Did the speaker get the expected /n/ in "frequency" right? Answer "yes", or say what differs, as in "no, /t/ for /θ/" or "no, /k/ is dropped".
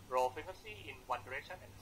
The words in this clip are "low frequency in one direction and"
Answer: no, /n/ is dropped